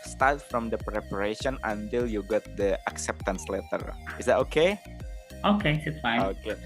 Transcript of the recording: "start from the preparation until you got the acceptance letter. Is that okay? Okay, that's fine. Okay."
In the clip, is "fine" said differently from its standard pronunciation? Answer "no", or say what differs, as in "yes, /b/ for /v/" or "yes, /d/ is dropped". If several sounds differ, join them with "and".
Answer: yes, /n/ is dropped